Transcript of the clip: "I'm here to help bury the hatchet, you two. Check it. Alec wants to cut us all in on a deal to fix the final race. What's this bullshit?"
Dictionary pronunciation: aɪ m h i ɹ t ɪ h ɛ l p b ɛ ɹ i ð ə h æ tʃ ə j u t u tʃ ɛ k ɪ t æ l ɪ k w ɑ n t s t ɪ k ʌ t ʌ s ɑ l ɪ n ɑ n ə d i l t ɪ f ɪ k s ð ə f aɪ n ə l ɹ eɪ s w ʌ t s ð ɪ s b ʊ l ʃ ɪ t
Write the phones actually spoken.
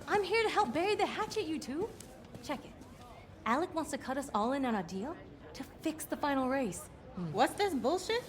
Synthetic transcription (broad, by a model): aɪ m h i ɹ t ɪ h ɛ l p b ɛ ɹ i ð ə h æ tʃ ə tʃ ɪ t u tʃ ɛ k ɪ t æ l ɪ k w ɑ n t s t ɪ k ʌ t ʌ s ɑ l ɪ n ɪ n ə d i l t ɪ f ɪ k s ð ə f aɪ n l ɹ eɪ s w ʌ t s ð ɪ s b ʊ l ʃ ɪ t